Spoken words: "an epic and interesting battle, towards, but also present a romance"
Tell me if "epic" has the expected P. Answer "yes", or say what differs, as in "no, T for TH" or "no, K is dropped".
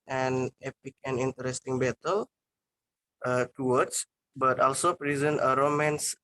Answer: yes